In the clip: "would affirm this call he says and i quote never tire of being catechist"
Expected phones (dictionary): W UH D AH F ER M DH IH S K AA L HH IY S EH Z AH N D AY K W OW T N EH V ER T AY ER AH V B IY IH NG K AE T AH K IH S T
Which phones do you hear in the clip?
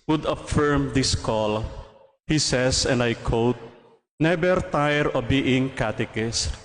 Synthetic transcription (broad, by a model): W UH D AH F ER M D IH S K AA L HH IY S EH S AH N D AY K W OW T N EH B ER T AY ER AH B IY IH NG K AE T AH K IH S T